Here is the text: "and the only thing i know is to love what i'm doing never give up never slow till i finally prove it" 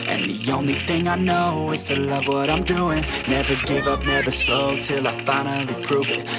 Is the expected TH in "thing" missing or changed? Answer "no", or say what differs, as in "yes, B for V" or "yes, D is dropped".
no